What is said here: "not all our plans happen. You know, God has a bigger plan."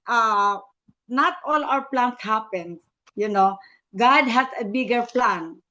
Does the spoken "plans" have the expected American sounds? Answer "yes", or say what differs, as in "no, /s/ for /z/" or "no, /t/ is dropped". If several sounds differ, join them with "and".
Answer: no, /s/ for /z/